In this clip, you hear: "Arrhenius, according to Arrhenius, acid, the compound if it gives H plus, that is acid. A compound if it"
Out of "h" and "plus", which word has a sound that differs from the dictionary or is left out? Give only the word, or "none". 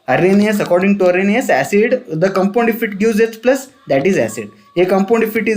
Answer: h